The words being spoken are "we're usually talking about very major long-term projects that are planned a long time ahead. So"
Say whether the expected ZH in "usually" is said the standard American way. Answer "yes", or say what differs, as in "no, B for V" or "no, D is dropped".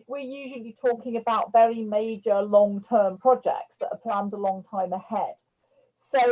yes